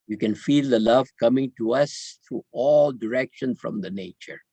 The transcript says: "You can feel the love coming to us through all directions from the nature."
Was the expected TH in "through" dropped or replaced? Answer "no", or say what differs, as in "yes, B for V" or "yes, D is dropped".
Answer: yes, T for TH